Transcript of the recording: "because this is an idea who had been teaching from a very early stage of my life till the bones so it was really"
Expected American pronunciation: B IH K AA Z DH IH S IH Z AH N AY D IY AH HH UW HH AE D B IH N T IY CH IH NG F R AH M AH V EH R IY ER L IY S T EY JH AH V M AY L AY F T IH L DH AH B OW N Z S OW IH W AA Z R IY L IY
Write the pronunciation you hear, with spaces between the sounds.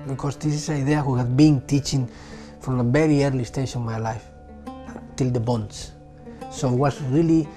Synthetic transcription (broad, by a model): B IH K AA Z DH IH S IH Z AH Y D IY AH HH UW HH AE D B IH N T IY CH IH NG F R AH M AH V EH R IY ER L IY S T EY SH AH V M AY L AY F T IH L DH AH B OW N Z S OW IH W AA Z R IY L IY